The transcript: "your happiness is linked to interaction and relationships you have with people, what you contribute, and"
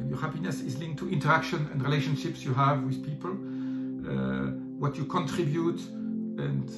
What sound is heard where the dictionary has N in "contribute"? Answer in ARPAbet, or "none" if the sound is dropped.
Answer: N